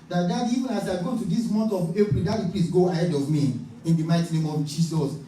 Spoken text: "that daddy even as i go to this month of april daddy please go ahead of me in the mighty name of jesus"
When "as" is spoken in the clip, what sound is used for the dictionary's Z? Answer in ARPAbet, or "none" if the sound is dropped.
S